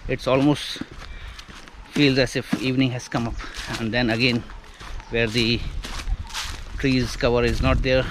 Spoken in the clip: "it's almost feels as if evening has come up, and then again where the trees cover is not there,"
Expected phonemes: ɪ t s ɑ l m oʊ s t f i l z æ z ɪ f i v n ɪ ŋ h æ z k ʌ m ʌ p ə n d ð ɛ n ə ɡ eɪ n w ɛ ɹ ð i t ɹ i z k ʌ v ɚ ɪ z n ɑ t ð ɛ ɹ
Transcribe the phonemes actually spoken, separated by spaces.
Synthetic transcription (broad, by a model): ɪ t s ɑ l m oʊ s t f i l z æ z ɪ f i v n ɪ ŋ h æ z k ʌ m ʌ p ə n d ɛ n ə ɡ eɪ n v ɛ ɹ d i t ɹ i z k ʌ v ɚ ɪ z n ɑ t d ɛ ɹ